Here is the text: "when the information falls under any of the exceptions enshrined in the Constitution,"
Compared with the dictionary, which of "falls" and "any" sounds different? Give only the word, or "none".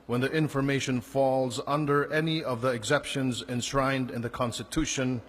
none